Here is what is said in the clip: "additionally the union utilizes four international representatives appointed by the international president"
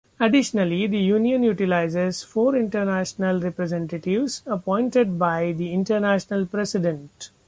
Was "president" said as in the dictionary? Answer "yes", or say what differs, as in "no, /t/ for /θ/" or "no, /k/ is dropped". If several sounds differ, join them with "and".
no, /s/ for /z/